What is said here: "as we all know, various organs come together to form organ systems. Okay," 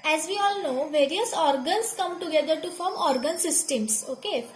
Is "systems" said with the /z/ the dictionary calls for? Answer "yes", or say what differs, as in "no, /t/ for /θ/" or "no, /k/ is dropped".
no, /s/ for /z/